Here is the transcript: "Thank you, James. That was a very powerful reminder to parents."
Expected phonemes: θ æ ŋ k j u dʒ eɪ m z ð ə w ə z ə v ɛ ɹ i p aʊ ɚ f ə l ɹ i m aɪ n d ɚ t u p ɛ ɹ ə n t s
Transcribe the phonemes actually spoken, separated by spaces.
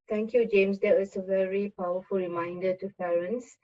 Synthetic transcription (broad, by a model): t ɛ ŋ k j u dʒ eɪ m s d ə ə s ə v ɛ ɹ i p aʊ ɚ f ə l ɹ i m aɪ n d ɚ t u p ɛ ɹ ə n s